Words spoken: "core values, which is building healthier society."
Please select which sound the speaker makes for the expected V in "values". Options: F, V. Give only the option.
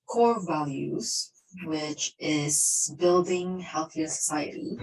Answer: V